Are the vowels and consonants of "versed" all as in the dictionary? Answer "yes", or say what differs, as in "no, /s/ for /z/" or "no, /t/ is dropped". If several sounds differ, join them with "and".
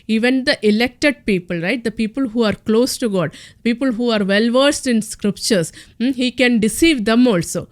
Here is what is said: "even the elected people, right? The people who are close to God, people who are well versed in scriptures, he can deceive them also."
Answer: yes